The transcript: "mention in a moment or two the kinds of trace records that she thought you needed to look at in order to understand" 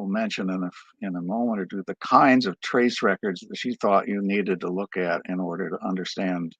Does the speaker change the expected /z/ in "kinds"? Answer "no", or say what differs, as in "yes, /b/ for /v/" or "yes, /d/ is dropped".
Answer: no